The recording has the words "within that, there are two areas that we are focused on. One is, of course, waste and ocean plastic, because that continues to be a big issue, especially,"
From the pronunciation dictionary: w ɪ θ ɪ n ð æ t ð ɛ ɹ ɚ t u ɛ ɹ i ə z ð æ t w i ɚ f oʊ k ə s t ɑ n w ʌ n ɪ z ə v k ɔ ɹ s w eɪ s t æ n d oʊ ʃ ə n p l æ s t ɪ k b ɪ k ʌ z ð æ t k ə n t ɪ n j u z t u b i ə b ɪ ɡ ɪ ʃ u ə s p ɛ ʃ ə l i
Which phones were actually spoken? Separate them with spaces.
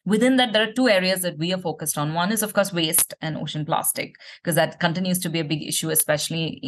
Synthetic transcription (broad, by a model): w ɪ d ɪ n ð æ t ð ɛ ɹ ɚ t u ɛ ɹ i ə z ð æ t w i ɚ f oʊ k ə s t ɑ n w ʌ n ɪ z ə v k ɔ ɹ s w eɪ s t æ n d oʊ ʃ ə n p l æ s t ɪ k k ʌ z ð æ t k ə n t ɪ n j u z t u b i ə b ɪ ɡ ɪ ʃ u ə s p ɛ ʃ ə l i